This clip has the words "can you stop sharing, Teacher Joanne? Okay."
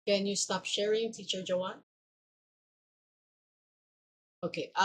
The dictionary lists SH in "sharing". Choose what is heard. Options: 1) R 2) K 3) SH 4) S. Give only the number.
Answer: 3